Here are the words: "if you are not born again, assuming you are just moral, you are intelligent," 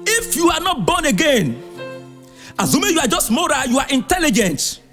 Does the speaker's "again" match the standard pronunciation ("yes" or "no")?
yes